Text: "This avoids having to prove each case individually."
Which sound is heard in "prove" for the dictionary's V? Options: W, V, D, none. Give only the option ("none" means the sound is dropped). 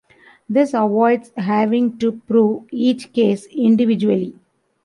V